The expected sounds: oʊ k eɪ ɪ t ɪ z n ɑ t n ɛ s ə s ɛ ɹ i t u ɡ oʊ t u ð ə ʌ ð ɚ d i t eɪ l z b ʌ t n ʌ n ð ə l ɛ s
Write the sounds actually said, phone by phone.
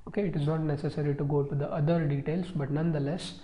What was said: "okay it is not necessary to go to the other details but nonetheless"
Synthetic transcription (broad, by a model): oʊ k eɪ ɪ t ɪ z n ɑ t n ɛ s ə s ɛ ɹ i t u ɡ oʊ t u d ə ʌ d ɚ d i t eɪ l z b ʌ t n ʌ n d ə l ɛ s